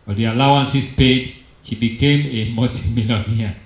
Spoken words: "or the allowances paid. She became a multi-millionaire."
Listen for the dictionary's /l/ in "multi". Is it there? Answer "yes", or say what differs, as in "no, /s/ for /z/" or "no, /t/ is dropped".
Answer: no, /l/ is dropped